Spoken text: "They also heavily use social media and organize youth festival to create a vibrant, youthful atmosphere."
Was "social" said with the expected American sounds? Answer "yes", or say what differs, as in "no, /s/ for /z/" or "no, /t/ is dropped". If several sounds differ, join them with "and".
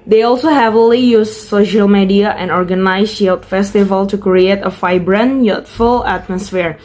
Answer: yes